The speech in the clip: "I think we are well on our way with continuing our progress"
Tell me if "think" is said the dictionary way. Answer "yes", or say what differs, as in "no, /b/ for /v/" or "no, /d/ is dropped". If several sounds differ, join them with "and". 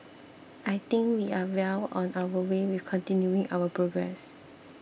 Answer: no, /t/ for /θ/